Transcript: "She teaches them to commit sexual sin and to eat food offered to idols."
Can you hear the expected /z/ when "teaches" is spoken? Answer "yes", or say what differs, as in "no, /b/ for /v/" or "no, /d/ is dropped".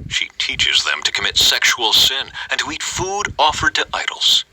yes